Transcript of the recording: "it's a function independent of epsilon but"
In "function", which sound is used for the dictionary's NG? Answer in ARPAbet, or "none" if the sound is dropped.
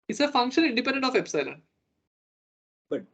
NG